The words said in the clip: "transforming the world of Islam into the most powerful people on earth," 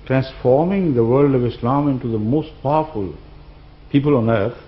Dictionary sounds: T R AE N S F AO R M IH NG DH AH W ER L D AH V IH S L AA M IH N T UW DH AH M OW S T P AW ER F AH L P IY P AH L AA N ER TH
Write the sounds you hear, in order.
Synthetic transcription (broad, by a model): T R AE N S F AO R M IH NG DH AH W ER L D AH V IH S L AA M IH N T UW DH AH M OW S T P AW ER F AH L P IY P AH L AA N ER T